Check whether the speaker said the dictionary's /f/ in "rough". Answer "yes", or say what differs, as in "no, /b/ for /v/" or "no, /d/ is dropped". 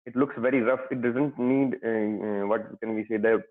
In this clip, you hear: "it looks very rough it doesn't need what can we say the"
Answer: yes